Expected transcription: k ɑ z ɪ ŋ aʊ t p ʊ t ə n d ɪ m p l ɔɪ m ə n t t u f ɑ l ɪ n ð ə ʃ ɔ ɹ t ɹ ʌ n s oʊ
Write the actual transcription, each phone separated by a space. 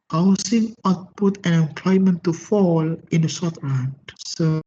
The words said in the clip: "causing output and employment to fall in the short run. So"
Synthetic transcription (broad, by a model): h ɑ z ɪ ŋ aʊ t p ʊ t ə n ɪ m p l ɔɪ m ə n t t u f ɑ l ɪ n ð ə s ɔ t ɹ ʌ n s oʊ